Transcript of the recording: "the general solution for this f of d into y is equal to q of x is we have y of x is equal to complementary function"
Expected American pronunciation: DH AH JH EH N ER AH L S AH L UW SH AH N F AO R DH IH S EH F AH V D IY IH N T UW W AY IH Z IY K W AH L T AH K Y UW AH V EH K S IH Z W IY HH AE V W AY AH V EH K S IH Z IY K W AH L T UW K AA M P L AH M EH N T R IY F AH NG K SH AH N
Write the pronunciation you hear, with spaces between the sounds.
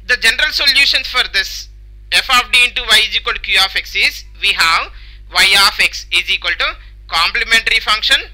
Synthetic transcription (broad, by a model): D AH JH EH N ER AH L S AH L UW SH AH N F AO R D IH S EH F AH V D IY IH N T UW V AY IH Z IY K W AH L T K Y UW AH F EH K S IH Z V IY HH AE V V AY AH F EH K S IH Z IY K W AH L T UW K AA M P L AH M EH N T R IY F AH NG K SH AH N